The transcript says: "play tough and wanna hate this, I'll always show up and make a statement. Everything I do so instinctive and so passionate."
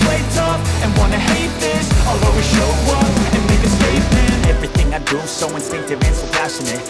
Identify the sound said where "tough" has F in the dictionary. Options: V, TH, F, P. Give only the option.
P